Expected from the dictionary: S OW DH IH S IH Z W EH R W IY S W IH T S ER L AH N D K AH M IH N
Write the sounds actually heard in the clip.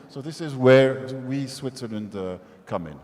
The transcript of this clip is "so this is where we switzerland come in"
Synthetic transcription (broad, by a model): S OW DH IH S IH Z W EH R W IY S W IH T S ER L AH N D K AH M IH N